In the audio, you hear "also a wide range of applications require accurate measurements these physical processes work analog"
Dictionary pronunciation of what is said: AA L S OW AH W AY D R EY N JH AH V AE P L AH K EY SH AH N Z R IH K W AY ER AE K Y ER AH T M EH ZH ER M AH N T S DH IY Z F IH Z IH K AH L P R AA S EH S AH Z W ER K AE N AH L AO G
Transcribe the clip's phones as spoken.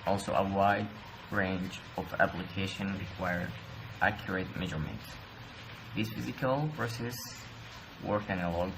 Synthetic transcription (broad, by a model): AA L S OW AH W AY D R EY N JH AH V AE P L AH K EY SH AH N R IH K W AY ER AE K Y ER AH T M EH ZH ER M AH N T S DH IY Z F IH Z IH K AH L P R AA S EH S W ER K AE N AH L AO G